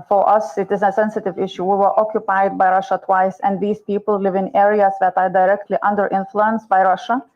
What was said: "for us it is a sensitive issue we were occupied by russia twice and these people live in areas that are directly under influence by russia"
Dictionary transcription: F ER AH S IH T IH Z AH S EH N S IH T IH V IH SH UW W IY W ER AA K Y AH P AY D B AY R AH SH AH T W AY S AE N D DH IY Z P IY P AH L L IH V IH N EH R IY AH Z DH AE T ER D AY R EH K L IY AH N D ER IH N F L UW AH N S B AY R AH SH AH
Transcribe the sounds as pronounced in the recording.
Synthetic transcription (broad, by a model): F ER AH S IH T IH Z AH S EH N S IH T IH V IH SH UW W IY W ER AA K Y AH P AY D B AY R AH SH AH T W AY S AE N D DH IY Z P IY P AH L L IH V IH N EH R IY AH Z DH AE T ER D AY R EH K L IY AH N D ER IH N F L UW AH N S B AY R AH SH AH